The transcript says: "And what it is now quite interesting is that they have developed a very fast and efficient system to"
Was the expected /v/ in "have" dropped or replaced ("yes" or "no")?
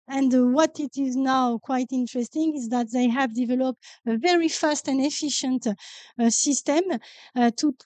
no